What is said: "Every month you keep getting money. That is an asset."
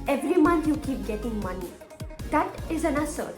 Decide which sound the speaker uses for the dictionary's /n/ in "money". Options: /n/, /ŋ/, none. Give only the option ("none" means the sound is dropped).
/n/